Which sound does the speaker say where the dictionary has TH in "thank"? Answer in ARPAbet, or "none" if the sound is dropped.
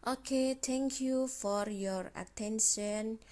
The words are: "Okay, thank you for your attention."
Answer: T